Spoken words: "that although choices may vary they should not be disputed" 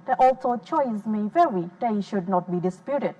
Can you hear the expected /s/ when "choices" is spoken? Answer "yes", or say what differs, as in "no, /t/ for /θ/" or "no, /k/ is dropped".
no, /s/ is dropped